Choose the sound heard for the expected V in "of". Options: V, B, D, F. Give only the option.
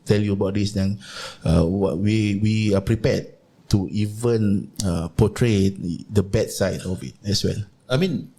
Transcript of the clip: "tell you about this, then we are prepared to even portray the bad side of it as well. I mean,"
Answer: B